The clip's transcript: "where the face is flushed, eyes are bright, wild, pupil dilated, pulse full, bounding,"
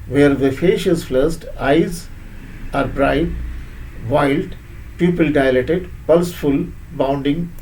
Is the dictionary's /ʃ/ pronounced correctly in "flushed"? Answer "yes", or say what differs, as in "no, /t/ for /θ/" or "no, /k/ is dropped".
no, /s/ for /ʃ/